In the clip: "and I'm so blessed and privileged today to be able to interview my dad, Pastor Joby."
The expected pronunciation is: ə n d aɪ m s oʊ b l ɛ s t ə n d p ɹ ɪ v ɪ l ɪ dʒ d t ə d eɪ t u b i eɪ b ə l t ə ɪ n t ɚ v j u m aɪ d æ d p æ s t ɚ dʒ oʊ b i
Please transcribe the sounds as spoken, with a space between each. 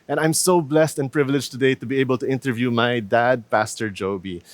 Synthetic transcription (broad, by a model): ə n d aɪ m s oʊ b l ɛ s t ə n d p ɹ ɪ v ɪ l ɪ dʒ t ə d eɪ t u b i eɪ b ə l t ə ɪ n t ɚ v j u m aɪ d æ d p æ s t ɚ dʒ oʊ b i